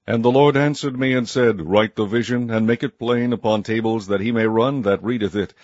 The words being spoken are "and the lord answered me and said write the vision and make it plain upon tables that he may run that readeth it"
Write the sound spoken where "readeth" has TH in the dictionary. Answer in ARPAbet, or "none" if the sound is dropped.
TH